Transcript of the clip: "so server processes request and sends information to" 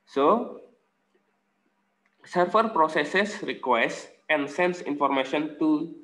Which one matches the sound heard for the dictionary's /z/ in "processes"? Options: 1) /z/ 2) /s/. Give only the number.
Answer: 2